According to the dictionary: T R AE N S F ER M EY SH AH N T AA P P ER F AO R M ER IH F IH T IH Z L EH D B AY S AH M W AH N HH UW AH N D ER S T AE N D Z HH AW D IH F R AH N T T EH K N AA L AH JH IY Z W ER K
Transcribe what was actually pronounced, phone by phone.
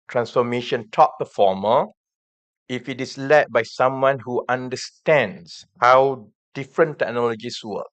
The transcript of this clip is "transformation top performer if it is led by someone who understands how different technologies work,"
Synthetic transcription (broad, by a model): T R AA N S F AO M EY SH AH N T AA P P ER F AO M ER IH F IH T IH S L EH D B AY S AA M W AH N HH UW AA N D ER S T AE N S HH AW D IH F R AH N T T EH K N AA L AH JH IY S W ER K